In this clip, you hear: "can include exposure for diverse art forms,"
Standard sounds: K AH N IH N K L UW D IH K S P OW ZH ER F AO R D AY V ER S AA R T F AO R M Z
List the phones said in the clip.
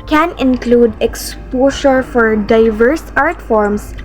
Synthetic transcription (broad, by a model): K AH N IH N K L UW D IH K S P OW SH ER F AO R D AY V ER S AA R T F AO R M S